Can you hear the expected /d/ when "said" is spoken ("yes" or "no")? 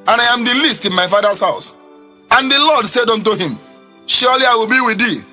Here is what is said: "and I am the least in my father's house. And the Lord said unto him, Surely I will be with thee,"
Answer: yes